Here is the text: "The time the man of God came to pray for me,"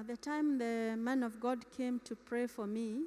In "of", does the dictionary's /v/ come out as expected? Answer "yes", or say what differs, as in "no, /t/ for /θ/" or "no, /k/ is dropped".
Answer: yes